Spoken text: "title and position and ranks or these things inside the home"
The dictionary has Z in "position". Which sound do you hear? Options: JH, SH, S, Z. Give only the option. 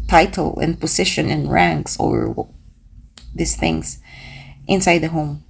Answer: S